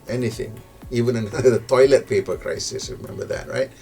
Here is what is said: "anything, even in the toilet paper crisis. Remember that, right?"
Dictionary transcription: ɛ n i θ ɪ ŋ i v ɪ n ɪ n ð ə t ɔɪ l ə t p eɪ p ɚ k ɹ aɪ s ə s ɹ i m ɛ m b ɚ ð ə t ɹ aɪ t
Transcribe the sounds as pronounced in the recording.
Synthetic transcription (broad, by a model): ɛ n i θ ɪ ŋ i v ɪ n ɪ n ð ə t ɔɪ l ə t p eɪ p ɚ k ɹ aɪ s ə s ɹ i m ɛ m b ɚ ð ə t ɹ aɪ t